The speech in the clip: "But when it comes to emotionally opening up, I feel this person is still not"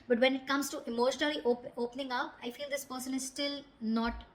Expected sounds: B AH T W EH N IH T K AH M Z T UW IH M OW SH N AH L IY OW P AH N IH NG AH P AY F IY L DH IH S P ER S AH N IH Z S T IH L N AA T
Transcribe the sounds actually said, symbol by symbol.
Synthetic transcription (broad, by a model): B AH T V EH N IH T K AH M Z T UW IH M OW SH N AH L IY OW P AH N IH NG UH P AY F IY L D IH S P ER S AH N IH Z S T IH L N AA T